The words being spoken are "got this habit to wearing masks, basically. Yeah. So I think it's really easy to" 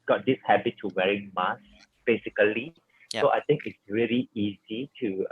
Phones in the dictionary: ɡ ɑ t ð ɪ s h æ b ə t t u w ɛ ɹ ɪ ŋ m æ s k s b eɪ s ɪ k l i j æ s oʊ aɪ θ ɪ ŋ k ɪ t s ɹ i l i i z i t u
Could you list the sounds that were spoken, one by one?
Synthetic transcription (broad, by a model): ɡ ɑ t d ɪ s h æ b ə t t u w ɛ ɹ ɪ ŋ m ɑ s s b eɪ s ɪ k i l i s oʊ aɪ t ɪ ŋ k ɪ t s ɹ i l i i z i t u